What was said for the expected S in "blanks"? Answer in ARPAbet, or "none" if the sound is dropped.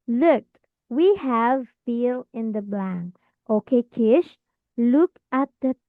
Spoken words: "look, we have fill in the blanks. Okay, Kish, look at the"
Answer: none